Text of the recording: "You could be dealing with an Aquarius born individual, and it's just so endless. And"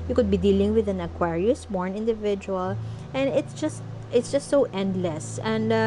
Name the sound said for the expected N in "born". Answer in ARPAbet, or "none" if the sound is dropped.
N